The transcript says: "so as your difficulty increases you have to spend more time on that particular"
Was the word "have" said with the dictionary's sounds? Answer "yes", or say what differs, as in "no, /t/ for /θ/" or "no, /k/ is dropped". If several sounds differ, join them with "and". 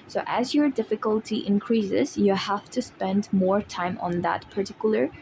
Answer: no, /f/ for /v/